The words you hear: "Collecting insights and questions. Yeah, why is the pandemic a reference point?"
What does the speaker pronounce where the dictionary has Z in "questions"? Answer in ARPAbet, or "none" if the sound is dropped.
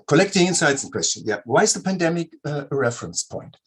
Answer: none